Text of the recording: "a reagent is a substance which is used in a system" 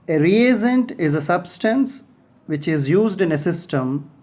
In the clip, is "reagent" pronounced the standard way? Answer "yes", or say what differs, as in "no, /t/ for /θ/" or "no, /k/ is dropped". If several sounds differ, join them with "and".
no, /z/ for /dʒ/